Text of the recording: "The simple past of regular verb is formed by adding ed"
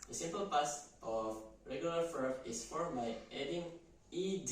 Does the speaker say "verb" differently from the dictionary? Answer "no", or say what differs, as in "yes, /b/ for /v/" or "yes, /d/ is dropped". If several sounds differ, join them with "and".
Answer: yes, /f/ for /v/